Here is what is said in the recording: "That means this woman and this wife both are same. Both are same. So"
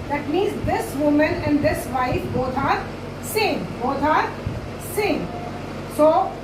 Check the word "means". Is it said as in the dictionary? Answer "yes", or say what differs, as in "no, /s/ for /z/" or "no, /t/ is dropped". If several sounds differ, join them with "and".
no, /n/ is dropped